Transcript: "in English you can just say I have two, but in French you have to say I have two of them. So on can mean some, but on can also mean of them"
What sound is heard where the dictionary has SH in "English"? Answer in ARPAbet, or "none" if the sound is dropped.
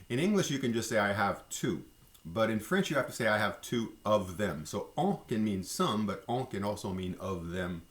SH